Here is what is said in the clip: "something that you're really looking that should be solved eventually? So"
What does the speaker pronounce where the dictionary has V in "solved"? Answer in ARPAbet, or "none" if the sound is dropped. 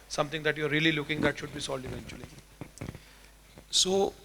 none